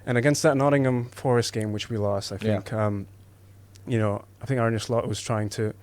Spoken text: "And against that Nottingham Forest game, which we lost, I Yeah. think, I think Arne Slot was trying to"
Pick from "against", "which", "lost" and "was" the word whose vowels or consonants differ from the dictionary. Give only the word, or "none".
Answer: none